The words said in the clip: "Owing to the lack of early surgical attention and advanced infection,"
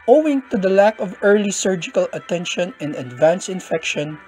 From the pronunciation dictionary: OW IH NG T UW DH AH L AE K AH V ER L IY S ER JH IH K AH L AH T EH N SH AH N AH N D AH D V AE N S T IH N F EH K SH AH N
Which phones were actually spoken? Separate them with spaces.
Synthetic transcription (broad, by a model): OW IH NG T UW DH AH L AE K AH V ER L IY S ER JH IH K AH L AH T EH N SH AH N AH N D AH D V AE N S IH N F EH K SH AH N